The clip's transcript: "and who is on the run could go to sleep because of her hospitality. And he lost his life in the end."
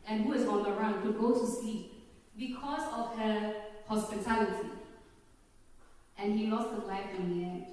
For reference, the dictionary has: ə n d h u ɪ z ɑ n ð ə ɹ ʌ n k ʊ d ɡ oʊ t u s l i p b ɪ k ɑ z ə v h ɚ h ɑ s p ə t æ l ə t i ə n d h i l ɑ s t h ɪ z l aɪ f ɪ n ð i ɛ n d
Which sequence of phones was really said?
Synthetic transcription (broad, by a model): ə n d h u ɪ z ɑ n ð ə ɹ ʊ n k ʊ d ɡ oʊ t u s i b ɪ k ɑ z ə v h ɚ h ɑ s p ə t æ l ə t i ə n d h i l ɑ s t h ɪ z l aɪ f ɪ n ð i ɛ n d